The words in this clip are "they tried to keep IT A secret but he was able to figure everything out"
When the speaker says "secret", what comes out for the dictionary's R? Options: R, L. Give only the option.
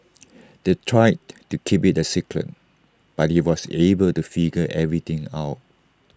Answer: L